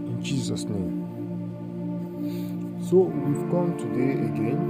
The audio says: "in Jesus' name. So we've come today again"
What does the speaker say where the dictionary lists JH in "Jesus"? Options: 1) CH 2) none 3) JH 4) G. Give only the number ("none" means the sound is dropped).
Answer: 1